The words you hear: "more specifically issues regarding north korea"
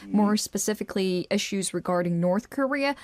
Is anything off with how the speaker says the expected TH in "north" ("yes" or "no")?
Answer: no